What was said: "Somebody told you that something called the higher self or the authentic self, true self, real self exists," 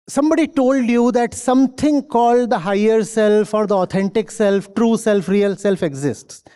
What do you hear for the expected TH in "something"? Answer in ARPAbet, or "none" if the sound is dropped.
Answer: T